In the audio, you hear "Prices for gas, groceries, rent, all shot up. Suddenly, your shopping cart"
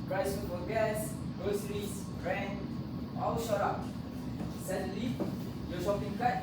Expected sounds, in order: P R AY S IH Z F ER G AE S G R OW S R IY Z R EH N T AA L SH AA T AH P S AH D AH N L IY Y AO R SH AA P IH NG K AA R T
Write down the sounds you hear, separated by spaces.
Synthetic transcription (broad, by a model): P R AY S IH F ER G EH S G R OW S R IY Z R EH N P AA W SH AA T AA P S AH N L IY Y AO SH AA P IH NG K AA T